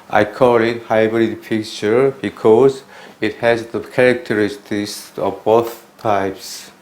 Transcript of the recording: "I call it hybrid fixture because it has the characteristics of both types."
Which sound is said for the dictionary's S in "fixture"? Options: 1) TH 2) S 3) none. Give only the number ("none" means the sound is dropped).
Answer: 3